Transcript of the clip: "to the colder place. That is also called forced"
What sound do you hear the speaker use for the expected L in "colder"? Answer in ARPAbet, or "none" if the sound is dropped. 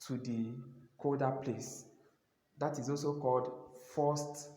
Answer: none